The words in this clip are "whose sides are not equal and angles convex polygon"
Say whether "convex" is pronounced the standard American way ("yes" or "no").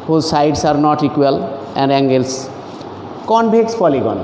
no